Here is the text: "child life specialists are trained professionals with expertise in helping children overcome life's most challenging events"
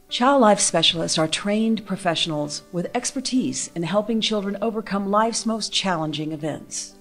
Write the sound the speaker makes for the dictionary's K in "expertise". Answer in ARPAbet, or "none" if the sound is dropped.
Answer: K